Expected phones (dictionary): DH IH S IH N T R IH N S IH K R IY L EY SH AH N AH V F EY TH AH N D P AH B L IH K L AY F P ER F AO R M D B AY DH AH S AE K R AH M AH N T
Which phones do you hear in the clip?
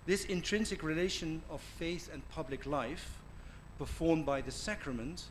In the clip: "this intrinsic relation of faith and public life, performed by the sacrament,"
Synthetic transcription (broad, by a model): DH IH S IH N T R IH N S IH K R IY L EY SH AH N AH V F EY TH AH N P AH B L IH K L AY F P ER F AO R M B AY DH AH S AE K R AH M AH N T